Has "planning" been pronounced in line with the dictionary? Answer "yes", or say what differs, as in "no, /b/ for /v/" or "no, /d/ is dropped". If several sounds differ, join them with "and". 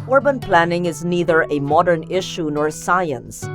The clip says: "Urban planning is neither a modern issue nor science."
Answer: yes